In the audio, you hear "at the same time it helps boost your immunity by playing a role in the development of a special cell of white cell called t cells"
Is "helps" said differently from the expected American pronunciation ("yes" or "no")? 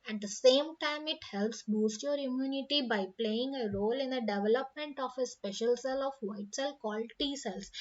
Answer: no